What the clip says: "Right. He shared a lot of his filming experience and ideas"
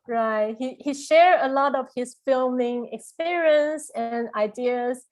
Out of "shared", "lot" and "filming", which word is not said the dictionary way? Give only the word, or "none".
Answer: shared